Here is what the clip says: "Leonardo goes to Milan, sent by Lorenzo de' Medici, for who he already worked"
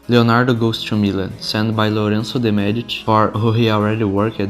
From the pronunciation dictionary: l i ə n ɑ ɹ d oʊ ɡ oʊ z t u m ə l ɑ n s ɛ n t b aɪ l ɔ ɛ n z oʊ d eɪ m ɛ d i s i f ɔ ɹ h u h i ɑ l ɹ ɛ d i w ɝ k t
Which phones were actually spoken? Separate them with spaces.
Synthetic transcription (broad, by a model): l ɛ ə n ɑ ɹ d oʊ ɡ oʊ s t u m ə l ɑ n s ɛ n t b aɪ l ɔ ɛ n s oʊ d eɪ m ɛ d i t f ɔ ɹ h u h i ɑ l ɹ ɛ d i w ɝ k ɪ